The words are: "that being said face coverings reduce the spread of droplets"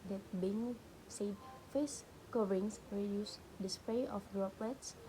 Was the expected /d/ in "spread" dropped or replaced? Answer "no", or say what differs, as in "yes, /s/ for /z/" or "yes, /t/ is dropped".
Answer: yes, /d/ is dropped